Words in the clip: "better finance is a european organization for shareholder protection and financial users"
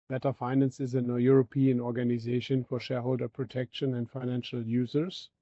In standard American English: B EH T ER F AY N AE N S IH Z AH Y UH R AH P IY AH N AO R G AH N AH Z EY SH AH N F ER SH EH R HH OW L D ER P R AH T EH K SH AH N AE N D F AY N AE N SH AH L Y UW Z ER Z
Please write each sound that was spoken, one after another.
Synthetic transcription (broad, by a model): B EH T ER F AY N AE N S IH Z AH Y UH R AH P IY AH N AO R G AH N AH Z EY SH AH N F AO SH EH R HH OW L D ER P R AH T EH K SH AH N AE N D F AY N AE N SH AH L Y UW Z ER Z